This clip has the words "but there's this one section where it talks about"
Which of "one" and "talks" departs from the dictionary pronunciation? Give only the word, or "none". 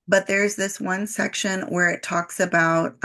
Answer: none